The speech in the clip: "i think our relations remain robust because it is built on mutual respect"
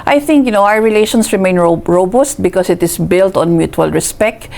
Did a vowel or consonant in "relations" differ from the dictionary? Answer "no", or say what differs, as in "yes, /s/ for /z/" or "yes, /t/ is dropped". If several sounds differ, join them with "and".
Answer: yes, /s/ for /z/